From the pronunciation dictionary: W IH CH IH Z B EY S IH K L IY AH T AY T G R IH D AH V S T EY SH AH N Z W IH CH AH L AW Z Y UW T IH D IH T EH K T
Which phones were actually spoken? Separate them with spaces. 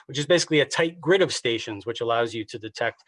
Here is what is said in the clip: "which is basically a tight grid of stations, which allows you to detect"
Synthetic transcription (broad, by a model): W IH CH IH Z B EY S IH K L IY AH T AY T G R IH D AH V S T EY SH AH N Z W IH CH AH L AW Z Y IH T IH D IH T EH K T